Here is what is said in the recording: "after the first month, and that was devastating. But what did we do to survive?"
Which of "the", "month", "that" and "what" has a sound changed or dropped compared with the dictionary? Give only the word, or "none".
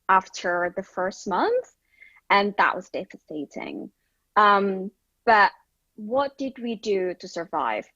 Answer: none